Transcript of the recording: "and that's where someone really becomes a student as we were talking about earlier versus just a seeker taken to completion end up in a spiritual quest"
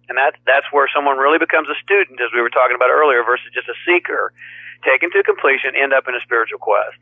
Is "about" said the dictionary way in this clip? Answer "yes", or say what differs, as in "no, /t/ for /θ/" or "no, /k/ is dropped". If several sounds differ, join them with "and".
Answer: yes